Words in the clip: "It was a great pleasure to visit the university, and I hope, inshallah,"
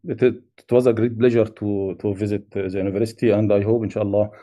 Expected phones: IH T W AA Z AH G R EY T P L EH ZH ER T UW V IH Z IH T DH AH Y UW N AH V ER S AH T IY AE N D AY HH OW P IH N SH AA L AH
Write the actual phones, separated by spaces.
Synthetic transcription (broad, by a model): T T W AA Z AH G R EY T B L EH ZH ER T UW V IH Z IH T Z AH Y UW N AH V ER S AH T IY AE N D AY HH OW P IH N SH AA L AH